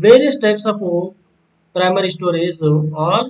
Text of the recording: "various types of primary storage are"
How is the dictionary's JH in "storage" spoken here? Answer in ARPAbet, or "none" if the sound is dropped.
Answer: Z